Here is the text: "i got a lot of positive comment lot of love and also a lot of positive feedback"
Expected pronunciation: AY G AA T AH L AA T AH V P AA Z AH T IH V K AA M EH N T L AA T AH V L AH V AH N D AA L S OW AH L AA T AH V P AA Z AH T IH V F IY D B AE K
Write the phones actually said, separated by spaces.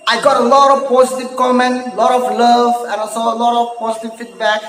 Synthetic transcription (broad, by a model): AY G AA T AH L AA T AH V P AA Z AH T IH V K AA M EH N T L AA T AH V L AH V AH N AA S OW AH L AA T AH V P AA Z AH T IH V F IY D B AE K